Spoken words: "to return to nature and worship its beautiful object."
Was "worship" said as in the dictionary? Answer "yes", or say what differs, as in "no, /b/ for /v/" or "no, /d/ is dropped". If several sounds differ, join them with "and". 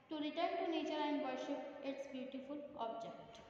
no, /p/ is dropped